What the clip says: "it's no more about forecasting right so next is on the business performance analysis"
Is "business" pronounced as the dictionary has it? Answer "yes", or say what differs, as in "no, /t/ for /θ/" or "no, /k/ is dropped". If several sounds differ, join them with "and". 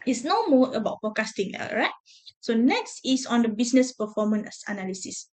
no, /s/ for /z/